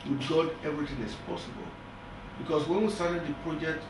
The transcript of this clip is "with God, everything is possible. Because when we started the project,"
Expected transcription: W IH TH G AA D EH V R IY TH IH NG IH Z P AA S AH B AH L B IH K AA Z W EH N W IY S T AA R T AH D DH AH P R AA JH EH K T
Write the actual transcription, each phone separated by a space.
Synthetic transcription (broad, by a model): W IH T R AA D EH V R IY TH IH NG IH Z P AA S AH B AH L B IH K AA S W EH N W IY S T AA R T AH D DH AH P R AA JH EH K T